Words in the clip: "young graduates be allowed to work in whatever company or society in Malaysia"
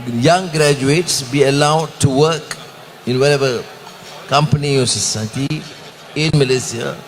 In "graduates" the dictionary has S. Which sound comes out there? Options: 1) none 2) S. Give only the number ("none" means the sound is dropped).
2